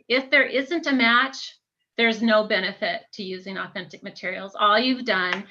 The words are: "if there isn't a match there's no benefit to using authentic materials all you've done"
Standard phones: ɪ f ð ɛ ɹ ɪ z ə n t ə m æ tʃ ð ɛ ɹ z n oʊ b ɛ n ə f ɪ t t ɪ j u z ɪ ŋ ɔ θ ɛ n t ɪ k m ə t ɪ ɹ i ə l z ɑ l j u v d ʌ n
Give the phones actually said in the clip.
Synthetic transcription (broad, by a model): ɪ f ð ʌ ɹ ɪ z ə n t ə m æ tʃ ð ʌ ɹ z n oʊ b ɛ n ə f ɪ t t ɪ j u z ɪ ŋ ɔ θ ɛ n t ɪ k m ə t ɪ ɹ i l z ɑ l j u v d ʌ n